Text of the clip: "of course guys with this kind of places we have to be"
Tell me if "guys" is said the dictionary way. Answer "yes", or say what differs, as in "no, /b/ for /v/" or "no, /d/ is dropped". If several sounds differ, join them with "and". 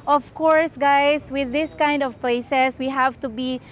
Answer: no, /s/ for /z/